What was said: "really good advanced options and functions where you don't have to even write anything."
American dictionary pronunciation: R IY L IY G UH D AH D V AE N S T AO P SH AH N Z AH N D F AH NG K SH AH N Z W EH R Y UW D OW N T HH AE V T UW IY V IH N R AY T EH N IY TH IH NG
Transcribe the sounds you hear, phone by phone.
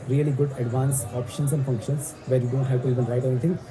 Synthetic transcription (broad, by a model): R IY L IY G UH D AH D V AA N S AO P SH AH N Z AH N D F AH NG K SH AH N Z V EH R Y UW D OW N T HH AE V T UW IY V IH N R AY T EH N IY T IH NG